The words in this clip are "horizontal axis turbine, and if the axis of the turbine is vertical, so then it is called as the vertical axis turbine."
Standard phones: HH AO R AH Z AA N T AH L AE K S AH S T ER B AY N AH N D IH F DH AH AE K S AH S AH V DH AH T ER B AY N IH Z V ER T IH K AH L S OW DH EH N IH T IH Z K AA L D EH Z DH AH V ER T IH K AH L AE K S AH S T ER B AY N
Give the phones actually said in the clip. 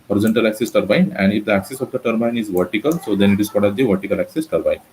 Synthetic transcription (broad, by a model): HH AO R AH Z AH N T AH L AE K S AH S T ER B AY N AH N D IH F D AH AE K S AH S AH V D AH T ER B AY N IH Z V ER T IH K AH L S OW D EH N IH T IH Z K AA D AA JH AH V ER T IH K AH L AE K S AH S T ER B AY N